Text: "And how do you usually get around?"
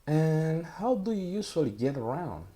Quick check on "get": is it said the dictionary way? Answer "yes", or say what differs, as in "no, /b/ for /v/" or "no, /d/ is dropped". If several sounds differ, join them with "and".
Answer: yes